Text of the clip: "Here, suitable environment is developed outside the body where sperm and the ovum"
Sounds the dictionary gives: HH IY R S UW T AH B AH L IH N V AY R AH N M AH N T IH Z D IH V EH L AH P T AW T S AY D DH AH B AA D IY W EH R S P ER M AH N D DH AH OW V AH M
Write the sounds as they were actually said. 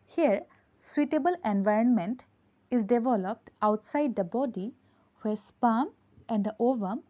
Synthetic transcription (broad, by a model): HH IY R S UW T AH B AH L IH N V AY R AH N M AH N T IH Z D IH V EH L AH P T AW T S AY D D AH B AA D IY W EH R S P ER M AH N D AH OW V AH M